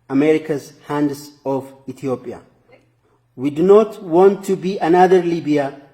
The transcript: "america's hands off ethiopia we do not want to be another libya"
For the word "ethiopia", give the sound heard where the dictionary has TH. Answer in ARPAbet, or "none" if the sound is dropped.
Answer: T